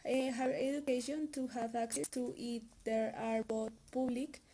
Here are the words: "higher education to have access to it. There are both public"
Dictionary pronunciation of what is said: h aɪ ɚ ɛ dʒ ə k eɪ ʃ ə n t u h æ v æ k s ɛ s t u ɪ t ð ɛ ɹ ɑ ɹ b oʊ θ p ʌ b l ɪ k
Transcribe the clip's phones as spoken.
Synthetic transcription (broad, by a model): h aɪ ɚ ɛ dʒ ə k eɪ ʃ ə n t u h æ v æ k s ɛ s t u ɪ t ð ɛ ɹ ɑ ɹ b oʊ t p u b l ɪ k